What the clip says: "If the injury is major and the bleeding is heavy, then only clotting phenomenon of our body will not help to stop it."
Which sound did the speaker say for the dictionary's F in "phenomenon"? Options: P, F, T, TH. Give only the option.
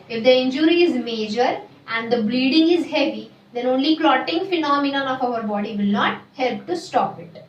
F